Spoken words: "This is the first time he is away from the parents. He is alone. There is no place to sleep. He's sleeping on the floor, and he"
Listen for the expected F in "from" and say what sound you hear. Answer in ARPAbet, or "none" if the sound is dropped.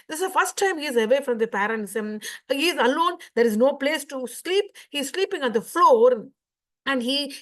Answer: F